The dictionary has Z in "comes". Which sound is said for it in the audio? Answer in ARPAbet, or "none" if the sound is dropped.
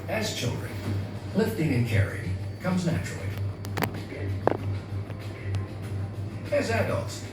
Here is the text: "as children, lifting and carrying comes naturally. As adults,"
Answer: Z